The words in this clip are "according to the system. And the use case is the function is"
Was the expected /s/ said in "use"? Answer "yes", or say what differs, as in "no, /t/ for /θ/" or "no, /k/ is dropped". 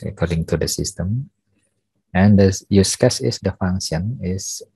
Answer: yes